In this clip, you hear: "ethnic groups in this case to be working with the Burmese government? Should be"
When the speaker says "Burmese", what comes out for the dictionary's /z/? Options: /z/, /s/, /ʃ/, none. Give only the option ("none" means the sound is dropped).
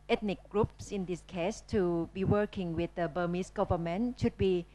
/s/